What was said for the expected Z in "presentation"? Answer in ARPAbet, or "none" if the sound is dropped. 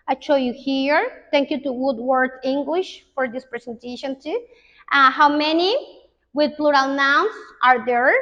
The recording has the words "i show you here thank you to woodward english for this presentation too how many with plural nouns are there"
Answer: S